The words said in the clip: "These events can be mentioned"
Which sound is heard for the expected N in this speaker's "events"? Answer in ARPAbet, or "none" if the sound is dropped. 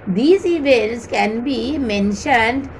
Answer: none